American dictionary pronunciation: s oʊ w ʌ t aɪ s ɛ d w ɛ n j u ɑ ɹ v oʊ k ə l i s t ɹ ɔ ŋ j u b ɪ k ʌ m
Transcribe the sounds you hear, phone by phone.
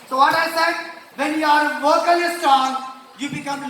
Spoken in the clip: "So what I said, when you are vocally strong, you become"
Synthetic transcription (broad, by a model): s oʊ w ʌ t aɪ s ɛ d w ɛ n j u ɑ ɹ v oʊ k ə l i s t ɑ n j u b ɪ k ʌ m